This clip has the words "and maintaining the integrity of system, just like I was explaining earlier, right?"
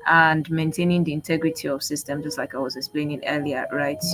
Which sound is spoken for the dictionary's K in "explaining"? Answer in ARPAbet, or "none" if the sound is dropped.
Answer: K